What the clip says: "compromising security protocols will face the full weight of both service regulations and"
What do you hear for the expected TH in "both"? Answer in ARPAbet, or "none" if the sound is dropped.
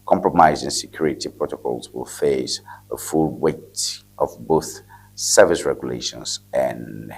TH